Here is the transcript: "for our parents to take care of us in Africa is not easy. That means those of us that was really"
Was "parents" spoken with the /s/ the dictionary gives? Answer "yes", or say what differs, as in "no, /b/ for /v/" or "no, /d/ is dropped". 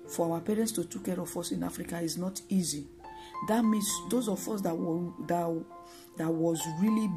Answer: yes